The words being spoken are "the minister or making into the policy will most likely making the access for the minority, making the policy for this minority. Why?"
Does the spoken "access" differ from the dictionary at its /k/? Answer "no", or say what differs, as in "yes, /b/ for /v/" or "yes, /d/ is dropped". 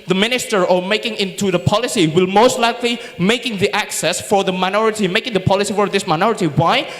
no